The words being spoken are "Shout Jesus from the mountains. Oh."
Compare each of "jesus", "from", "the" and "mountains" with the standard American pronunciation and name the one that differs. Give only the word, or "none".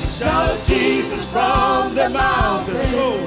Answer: mountains